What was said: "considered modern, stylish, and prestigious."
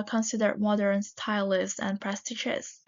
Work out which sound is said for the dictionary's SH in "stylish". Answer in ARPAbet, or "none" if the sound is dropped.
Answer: S